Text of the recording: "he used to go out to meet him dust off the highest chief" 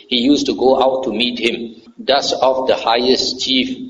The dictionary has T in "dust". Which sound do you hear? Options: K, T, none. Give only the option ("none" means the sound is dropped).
none